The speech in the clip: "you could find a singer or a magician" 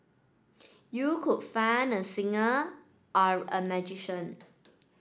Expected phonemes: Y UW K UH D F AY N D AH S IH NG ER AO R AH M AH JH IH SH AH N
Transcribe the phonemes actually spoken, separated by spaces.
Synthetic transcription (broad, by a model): Y UW K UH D F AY N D AH S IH NG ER AO R AH M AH JH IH SH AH N